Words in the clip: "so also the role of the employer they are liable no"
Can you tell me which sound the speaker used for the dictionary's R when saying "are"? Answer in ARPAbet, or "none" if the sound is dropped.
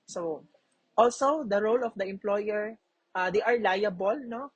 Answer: R